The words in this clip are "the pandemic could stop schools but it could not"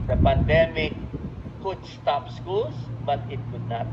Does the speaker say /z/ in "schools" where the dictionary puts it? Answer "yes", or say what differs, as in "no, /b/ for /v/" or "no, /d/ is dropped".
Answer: no, /s/ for /z/